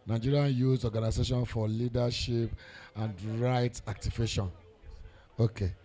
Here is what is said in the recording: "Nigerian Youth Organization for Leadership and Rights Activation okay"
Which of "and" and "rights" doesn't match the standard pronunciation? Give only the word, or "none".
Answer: rights